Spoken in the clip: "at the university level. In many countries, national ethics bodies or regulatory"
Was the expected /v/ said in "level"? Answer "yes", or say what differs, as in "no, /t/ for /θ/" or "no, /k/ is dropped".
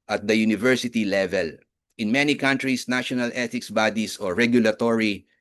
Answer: yes